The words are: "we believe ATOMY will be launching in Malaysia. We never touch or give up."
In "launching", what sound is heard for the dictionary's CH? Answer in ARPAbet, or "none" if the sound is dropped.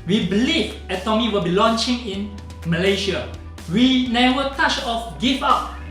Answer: CH